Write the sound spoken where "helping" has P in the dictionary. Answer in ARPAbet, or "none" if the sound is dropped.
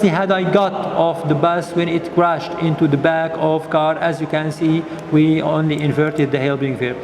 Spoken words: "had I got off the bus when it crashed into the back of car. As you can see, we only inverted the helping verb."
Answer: B